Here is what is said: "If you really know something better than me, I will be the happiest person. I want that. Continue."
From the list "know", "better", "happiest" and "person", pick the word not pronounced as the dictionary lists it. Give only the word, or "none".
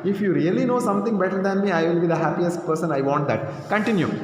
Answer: none